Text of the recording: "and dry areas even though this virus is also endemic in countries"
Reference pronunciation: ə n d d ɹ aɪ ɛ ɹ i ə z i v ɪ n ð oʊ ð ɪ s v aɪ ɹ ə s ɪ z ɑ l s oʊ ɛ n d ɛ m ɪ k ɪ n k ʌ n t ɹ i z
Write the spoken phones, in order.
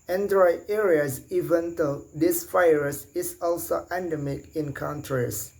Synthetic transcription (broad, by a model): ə n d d ɹ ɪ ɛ ɹ i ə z i v ɪ n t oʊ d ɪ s f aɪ ɹ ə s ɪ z ɑ l s oʊ ɛ n d ɛ m ɪ k ɪ n k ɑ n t ɹ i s